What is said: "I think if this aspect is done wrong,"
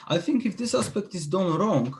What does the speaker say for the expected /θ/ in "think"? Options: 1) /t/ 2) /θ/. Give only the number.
2